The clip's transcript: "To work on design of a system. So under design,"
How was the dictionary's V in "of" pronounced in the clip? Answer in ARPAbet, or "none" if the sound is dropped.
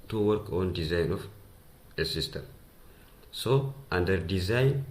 F